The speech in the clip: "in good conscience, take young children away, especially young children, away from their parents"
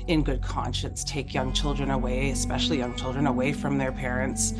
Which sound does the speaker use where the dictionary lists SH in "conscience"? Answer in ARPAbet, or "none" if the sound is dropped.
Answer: SH